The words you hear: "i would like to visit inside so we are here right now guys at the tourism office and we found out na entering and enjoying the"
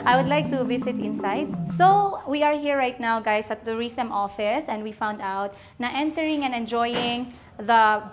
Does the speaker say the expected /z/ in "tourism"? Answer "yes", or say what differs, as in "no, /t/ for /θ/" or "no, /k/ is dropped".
no, /s/ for /z/